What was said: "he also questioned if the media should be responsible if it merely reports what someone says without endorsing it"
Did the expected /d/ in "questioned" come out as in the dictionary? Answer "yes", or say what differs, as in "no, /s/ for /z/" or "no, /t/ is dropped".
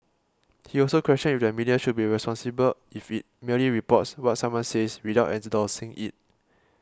no, /d/ is dropped